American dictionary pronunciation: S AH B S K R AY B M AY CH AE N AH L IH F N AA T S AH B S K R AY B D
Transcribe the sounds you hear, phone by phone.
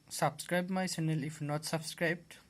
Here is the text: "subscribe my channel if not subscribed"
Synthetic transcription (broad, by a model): S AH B S K R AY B M AY S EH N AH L IH F N AA T S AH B S K R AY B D